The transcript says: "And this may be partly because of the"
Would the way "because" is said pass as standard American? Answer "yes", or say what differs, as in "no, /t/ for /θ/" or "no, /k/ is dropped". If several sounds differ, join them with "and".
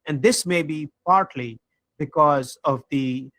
yes